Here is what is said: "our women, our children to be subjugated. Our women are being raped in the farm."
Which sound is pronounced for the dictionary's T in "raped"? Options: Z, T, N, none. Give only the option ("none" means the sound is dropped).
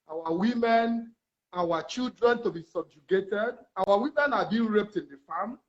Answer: T